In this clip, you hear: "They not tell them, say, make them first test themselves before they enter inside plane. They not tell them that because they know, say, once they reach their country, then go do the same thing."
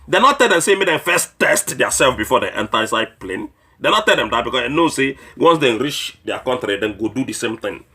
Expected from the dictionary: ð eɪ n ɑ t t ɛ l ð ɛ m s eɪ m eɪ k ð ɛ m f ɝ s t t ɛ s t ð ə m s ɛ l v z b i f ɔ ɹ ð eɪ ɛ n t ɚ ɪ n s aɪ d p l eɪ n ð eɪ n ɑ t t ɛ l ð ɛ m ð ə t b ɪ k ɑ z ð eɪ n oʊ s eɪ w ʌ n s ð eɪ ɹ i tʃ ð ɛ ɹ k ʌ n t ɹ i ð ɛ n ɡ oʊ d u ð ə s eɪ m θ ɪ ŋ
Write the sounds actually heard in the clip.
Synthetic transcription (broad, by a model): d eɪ n ɑ t t ɛ l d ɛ m s eɪ m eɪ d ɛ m f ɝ s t t ɛ s t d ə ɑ s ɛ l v b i f ɔ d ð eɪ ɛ n t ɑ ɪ s aɪ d p l eɪ n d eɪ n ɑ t t ɛ l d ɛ m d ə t b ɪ k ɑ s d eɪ n oʊ s eɪ w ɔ n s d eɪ ɹ i tʃ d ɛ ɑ k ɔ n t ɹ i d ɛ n ɡ oʊ d u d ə s eɪ m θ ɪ ŋ